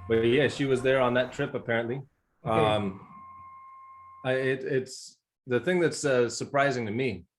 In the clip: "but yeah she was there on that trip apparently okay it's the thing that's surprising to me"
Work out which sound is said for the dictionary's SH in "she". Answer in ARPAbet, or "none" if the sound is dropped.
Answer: SH